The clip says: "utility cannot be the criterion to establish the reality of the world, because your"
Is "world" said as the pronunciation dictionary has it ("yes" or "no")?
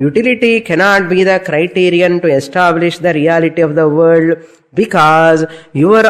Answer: no